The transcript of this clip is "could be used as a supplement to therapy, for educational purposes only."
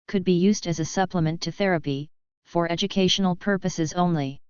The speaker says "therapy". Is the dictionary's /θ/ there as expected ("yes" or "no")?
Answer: yes